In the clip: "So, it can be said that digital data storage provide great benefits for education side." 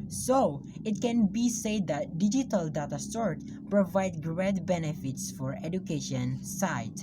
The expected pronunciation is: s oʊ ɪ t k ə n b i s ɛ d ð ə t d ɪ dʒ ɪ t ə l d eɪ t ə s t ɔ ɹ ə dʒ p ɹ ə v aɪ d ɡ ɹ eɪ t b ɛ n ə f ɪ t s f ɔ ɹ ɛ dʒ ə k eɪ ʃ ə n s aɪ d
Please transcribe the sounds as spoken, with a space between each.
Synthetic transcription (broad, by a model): s oʊ ɪ t k ə n b i s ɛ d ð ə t d ɪ dʒ ɪ t ə l d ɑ t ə s t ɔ ɹ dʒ p ɹ ə v aɪ d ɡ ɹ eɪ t b ɛ n ə f ɪ t s f ɔ ɹ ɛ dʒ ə k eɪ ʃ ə n s aɪ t